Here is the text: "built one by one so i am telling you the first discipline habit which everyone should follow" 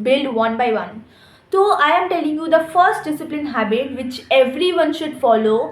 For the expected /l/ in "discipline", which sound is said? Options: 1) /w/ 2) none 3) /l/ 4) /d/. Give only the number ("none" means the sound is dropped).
3